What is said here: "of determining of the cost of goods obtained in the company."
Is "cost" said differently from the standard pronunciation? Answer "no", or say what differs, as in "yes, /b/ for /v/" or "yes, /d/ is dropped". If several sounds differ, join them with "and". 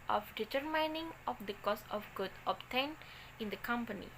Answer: yes, /t/ is dropped